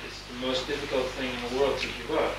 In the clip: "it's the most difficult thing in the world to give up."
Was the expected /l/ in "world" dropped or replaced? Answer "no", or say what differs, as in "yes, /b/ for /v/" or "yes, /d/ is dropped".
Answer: no